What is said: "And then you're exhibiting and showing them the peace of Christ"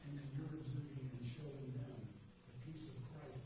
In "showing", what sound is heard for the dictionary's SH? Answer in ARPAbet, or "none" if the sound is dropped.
SH